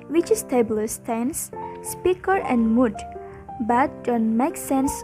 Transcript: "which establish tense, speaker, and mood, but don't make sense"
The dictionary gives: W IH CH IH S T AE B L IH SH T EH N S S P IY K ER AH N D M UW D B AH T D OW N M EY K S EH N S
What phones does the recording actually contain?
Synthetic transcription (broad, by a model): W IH CH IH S T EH B L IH S T EH N S S P IY K ER AH N D M UW D B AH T D OW N M EY K S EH N S